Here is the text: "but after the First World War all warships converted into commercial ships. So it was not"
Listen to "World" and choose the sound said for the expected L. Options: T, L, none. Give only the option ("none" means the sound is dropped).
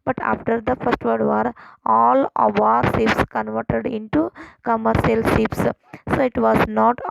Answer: none